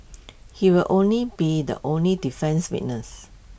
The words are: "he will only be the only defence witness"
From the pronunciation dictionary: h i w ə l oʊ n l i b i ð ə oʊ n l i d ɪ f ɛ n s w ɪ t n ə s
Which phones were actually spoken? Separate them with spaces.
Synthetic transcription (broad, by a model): h i w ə l oʊ n l i b i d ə oʊ n l i d ɪ f ɛ n s w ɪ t n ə s